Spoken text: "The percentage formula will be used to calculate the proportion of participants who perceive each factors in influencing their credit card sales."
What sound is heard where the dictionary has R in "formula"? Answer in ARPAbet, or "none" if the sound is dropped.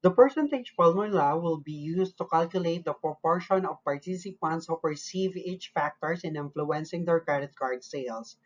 L